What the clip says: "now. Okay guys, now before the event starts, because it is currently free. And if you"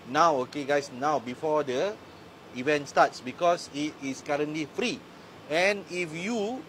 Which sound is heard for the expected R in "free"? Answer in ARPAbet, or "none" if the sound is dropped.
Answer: R